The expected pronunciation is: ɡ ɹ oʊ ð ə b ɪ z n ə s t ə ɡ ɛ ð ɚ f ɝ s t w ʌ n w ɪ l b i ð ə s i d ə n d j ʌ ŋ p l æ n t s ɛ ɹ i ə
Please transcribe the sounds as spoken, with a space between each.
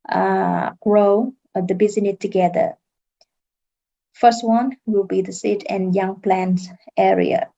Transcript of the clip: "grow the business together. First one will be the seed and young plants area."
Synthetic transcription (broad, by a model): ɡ ɹ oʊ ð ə b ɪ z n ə t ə ɡ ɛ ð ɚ f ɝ s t w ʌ n w ɪ l b i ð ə s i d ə n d j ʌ ŋ p l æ n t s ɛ ɹ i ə